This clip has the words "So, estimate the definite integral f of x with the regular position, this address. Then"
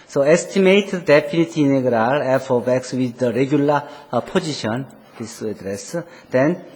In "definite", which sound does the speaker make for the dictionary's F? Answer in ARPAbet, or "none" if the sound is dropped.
none